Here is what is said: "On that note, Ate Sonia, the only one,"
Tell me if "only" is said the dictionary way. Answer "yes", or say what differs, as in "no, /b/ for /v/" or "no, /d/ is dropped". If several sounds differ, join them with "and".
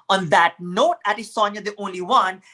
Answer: yes